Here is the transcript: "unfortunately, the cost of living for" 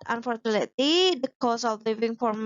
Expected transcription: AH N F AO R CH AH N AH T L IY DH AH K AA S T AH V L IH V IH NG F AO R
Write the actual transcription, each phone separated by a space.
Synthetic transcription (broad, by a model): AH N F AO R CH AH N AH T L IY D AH K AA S AH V L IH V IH NG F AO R